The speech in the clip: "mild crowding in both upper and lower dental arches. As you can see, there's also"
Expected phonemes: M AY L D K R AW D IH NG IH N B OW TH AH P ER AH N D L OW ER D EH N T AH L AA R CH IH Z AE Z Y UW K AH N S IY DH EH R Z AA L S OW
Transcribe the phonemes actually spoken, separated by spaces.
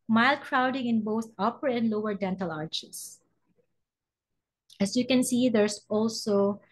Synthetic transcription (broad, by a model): M AY L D K R AW D IH NG IH N B OW TH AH P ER AH N D L OW ER D EH N T AH L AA R CH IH S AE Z Y UW K AH N S IY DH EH R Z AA L S OW